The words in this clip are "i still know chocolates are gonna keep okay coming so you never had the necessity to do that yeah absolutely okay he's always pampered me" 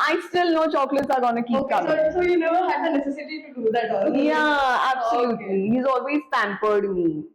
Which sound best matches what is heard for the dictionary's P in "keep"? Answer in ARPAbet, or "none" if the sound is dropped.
none